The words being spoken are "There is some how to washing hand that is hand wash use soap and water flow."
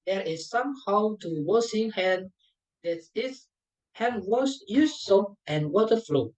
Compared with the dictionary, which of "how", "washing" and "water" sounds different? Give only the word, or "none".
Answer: washing